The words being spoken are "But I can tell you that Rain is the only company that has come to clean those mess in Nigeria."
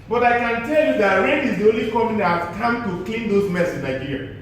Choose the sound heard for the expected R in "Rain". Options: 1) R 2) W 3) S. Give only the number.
2